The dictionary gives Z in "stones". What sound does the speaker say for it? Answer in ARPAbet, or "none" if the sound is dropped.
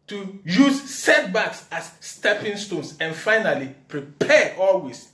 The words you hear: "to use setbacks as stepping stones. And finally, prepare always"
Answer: S